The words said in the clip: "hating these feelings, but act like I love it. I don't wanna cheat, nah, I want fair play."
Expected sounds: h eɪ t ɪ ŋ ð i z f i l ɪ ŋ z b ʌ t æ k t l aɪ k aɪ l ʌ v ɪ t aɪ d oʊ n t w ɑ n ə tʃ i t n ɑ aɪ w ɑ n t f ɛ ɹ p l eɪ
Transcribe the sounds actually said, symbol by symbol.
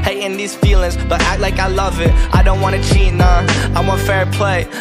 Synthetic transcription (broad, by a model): h eɪ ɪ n ð i z f i l ɪ ŋ z b ʌ t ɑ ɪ l aɪ k aɪ l ʌ v ɪ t aɪ d oʊ n t w ɑ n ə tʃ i n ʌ aɪ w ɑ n f ɛ ɹ p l eɪ